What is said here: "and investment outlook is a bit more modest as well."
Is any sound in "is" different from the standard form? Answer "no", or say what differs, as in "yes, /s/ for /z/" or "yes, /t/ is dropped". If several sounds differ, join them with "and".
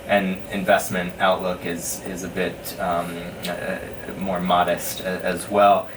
no